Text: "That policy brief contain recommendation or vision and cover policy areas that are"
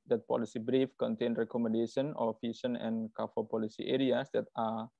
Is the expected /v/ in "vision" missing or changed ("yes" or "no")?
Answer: yes